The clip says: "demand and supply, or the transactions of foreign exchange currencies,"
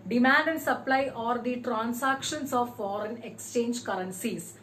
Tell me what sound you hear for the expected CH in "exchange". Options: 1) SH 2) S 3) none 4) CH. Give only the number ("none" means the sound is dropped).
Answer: 4